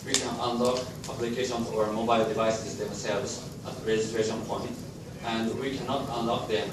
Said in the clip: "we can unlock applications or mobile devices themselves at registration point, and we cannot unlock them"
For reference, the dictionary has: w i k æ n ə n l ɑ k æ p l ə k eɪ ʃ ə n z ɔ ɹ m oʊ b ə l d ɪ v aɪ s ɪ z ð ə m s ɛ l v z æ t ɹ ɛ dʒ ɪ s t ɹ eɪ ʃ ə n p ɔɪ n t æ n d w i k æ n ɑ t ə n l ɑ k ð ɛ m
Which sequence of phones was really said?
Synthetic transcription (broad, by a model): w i k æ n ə n l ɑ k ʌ b l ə k eɪ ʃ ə n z ɔ ɹ m oʊ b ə l d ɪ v aɪ s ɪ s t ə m s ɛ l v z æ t ɹ ɛ dʒ ɪ s t ɹ eɪ ʃ ə n p ɔɪ n t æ n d w i k æ n ɑ t ə n l ɑ k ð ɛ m